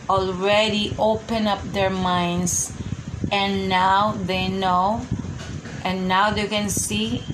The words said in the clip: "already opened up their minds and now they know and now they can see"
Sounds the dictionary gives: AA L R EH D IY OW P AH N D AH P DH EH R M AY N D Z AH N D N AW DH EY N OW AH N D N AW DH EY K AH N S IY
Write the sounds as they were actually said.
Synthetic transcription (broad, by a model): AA L R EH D IY OW P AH N AH P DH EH R M AY N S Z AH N N AW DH EY N OW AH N N AW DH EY K AH N S IY